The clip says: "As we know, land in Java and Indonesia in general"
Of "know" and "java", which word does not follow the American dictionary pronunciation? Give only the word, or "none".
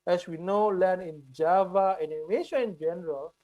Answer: none